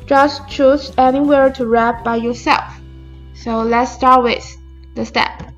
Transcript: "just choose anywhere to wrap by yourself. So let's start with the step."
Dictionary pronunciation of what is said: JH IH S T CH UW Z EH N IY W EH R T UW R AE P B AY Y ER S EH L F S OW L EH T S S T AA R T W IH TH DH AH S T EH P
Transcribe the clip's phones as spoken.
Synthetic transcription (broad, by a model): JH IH S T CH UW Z EH N IY W EH R T UW R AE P B AY Y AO S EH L F S OW L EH T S S T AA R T W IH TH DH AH S T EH P